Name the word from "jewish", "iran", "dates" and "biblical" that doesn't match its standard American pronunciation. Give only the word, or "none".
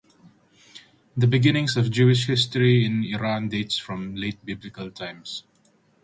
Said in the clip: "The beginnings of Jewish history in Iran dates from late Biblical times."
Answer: none